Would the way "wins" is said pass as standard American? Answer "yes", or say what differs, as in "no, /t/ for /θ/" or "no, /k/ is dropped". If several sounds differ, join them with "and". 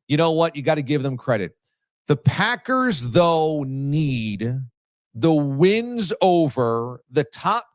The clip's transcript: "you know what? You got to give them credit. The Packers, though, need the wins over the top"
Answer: yes